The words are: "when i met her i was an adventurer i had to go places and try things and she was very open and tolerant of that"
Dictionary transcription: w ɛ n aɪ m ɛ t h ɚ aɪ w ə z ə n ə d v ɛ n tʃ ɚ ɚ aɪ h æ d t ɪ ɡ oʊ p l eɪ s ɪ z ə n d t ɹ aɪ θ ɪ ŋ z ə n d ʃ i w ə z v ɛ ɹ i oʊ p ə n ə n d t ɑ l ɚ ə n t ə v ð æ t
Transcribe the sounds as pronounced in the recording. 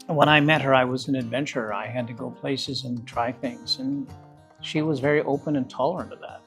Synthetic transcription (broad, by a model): w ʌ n aɪ m ɛ t h ɚ aɪ w ə z ə n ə d v ɛ n tʃ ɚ ɚ aɪ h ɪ d t ɪ ɡ oʊ p l eɪ s ɪ z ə n t ɹ aɪ θ ɪ ŋ z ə n ʃ i w ə z v ɛ ɹ i oʊ p ə n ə n t ɑ l ɚ ə n t ə v ð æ t